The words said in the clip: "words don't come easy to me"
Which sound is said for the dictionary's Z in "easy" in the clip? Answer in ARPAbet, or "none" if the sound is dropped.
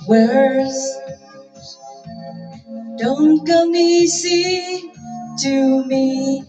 S